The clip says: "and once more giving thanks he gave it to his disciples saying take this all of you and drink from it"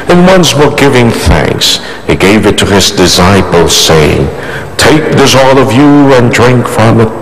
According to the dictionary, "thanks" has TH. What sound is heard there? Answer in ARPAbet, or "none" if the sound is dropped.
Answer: TH